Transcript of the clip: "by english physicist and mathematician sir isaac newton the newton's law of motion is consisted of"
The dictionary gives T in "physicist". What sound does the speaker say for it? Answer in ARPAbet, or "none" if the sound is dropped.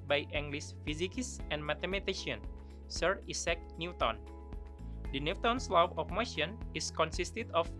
none